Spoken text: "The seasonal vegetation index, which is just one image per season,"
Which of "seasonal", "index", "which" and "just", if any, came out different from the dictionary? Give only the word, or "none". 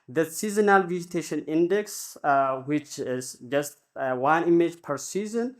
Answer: none